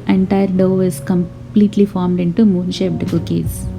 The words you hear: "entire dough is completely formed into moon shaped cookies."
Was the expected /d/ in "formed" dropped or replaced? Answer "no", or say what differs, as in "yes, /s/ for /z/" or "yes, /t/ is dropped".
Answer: no